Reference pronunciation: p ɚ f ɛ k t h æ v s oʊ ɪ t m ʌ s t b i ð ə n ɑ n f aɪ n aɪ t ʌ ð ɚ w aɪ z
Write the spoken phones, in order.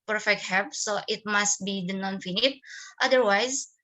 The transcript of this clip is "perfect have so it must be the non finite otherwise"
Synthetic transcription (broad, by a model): p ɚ f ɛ k t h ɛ p s oʊ ɪ t m ʌ s t b i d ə n ɑ n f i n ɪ t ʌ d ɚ w aɪ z